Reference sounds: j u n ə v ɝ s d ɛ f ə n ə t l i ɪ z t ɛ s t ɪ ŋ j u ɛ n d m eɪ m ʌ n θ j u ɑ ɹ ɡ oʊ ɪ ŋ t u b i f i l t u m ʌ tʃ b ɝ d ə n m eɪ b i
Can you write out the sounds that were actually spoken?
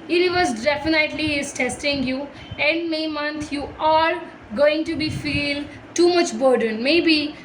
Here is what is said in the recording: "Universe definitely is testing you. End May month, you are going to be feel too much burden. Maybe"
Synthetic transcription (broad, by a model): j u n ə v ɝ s d ɛ f ə n ə t l i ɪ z t ɛ s t ɪ ŋ j u ɛ n d m eɪ m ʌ n t j u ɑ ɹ ɡ oʊ ɪ ŋ t u b i f i l t u m ʌ tʃ b ɝ d ə n m eɪ b i